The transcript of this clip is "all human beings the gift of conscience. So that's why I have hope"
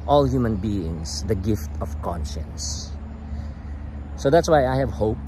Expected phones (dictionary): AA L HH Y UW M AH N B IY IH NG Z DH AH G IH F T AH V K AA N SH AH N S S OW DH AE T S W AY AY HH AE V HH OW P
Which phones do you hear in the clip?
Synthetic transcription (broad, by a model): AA L HH Y UW M AH N B IY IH NG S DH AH G IH F T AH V K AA N SH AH N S S OW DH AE T S W AY AY HH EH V HH OW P